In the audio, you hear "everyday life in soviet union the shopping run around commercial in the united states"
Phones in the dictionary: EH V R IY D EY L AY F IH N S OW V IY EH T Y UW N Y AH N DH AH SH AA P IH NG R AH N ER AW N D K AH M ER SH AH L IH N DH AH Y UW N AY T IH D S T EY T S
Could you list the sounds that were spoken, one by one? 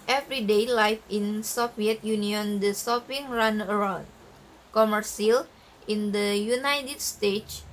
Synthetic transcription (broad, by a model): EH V R IY D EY L AY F IH N S OW F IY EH T Y UW N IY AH N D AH S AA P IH NG R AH N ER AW N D K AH M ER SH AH L IH N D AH Y UW N AY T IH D S T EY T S